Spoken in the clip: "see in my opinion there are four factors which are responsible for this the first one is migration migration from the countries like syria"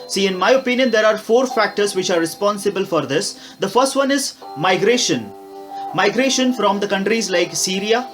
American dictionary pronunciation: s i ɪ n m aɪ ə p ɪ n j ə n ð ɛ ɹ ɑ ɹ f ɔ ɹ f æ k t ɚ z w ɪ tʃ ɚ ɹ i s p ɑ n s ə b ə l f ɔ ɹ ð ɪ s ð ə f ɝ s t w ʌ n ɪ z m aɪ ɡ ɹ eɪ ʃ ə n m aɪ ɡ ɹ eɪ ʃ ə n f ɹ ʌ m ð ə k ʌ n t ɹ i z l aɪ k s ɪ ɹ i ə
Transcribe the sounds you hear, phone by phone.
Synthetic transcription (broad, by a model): s i ɪ n m aɪ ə p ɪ n j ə n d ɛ ɹ ɑ ɹ f ɔ ɹ f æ k t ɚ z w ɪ tʃ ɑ ɹ i s p ɑ n s ə b ə l f ɔ ɹ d ɪ s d ə f ɝ s t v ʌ n ɪ z m aɪ ɡ ɹ eɪ ʃ ə n m aɪ ɡ ɹ eɪ ʃ ə n f ɹ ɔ m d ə k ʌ n t ɹ i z l aɪ k s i ɹ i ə